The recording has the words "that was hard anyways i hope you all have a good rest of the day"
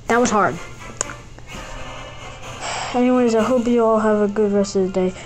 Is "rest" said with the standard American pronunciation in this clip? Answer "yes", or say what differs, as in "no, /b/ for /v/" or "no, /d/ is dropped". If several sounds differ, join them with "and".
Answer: yes